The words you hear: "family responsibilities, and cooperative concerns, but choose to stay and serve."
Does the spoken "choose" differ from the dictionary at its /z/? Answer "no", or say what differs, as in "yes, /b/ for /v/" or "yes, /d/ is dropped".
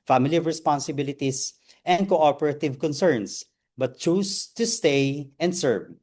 yes, /s/ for /z/